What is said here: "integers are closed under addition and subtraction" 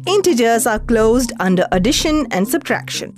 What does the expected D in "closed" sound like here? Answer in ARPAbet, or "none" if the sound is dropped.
D